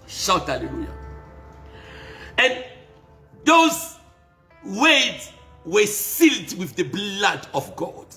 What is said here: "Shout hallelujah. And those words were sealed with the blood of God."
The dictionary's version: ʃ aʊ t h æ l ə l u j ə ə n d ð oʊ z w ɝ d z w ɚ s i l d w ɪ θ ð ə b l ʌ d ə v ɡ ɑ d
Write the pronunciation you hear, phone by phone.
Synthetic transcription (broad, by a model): ʃ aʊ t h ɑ l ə l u j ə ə n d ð oʊ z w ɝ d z w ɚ s i l d w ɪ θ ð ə b l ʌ d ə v ɡ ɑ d